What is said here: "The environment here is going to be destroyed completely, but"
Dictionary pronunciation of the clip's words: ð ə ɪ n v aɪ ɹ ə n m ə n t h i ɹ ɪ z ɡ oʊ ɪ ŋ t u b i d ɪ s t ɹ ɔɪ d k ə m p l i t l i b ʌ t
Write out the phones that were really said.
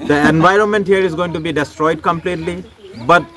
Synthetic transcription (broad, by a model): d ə ɪ n v aɪ ɹ ə n m ə n t h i ɹ ɪ z ɡ oʊ ɪ ŋ t u b i d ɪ s t ɹ ɔɪ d k ə m p l i t l i b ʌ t